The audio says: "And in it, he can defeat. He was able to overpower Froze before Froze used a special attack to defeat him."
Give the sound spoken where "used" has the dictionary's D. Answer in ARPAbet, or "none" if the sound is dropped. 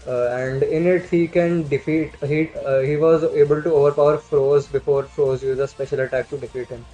none